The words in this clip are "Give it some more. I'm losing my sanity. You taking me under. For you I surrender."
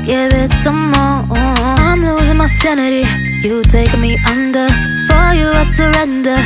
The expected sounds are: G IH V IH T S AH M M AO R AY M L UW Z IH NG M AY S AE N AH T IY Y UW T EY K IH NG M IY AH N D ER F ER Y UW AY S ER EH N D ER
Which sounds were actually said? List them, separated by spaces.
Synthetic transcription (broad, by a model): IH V IH T S AH M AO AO AY M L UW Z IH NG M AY S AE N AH T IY Y UW T EY IH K M IY AH N D ER F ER Y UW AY S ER EH N D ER